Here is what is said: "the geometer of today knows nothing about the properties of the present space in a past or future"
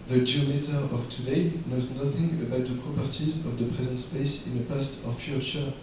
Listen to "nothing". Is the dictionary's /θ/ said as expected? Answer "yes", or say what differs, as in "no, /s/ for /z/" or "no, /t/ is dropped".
yes